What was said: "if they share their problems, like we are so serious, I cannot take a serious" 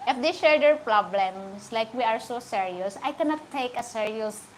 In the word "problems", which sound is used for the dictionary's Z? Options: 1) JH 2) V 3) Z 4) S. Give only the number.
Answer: 4